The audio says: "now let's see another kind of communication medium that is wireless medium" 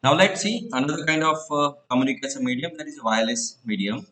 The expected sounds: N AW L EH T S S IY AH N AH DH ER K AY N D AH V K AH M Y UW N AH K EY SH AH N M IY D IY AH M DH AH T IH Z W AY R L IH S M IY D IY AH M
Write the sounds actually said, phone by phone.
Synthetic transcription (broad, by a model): N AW L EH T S S IY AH N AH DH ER K AY N D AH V K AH M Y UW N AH K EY S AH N M IY D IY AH M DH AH T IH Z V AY L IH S M IY D IY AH M